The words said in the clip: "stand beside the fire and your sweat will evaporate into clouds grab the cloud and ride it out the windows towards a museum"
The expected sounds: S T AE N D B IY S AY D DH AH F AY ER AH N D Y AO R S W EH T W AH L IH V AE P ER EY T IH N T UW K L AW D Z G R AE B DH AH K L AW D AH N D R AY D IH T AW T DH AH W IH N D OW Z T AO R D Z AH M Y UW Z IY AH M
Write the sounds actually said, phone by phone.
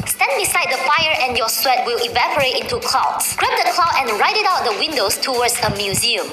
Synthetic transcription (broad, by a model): S T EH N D B IY S AY D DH AH F AY ER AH N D Y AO S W EH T W AH L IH V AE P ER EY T IH N T UW K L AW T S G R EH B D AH K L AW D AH N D R AY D IH T AW T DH AH W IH N D OW S T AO W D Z AH M Y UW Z IY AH M